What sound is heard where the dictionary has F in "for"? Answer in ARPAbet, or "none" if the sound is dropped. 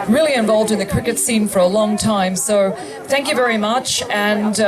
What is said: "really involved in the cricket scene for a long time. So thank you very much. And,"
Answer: F